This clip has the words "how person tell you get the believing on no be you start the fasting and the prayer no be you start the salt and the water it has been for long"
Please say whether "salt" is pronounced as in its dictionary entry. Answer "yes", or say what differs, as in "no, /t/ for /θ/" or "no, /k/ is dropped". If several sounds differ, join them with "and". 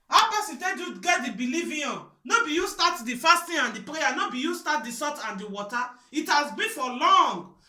no, /l/ is dropped